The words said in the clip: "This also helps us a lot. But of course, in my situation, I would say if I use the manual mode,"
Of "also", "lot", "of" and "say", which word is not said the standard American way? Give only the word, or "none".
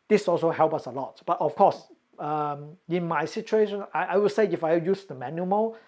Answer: of